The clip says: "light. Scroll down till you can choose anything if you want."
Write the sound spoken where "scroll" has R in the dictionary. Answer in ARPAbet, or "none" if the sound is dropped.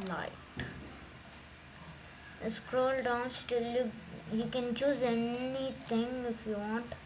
R